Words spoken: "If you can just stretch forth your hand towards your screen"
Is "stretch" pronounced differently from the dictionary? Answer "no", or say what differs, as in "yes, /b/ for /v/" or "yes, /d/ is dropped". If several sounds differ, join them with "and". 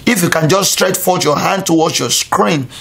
no